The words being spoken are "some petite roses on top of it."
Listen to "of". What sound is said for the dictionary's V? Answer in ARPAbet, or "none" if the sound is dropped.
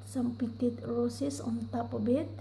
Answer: B